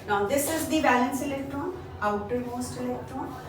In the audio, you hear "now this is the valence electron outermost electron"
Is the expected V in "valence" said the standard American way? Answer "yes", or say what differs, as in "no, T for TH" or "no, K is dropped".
no, B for V